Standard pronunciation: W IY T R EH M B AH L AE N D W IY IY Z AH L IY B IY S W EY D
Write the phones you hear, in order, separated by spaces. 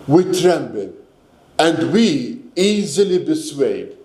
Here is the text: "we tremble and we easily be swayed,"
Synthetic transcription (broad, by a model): W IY T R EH M B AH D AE N D W IY IY Z AH L IY B IY S W EY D